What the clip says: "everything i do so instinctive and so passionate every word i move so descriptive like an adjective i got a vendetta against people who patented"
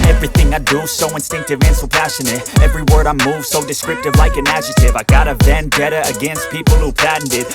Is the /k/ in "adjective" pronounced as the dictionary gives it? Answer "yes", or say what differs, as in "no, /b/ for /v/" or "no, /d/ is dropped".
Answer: no, /k/ is dropped